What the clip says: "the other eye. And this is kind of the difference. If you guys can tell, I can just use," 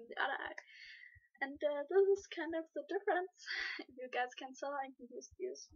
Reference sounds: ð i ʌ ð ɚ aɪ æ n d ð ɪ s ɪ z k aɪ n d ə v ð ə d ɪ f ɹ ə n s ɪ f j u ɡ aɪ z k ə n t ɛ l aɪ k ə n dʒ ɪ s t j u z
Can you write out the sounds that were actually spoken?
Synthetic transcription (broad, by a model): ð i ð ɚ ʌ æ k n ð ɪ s ɪ z k aɪ n d ə v ð ə d ɪ f ɹ ə n s ɪ f j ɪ ɡ aɪ z k ə n s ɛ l aɪ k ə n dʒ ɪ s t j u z